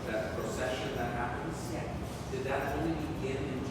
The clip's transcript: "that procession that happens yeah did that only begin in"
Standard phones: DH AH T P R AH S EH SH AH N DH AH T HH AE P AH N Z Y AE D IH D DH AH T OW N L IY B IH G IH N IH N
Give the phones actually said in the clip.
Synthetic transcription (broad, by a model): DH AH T P R AH S EH SH AH N DH AH T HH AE B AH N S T D IH D DH AH T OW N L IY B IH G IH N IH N